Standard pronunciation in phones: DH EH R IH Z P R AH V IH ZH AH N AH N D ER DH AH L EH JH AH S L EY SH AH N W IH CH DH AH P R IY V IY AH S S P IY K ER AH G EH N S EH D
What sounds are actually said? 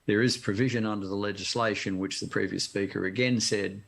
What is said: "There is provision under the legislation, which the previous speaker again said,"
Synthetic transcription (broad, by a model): DH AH R IH Z P R AH V IH ZH AH N AH N D ER DH AH L EH JH AH S L EY SH AH N W IH CH DH AH P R IY V IY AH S S P IY K ER AH G EH N S EH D